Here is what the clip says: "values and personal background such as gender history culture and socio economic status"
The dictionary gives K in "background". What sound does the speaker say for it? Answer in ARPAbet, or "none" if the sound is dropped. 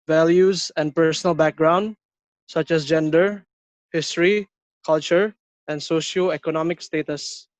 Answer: K